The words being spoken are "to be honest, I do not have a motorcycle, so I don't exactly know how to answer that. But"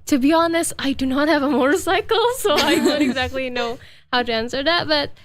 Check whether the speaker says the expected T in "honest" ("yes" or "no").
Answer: no